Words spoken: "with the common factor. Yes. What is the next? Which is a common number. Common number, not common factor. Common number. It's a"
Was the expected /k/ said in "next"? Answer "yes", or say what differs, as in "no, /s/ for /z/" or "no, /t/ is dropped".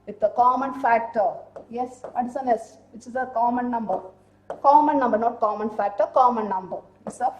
no, /k/ is dropped